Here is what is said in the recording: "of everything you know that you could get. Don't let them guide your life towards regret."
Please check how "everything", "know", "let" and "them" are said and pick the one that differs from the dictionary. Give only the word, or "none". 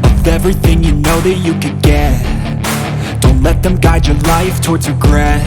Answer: none